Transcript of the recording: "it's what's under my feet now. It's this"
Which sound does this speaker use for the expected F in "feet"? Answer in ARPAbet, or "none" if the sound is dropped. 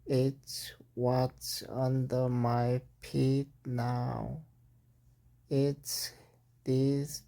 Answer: P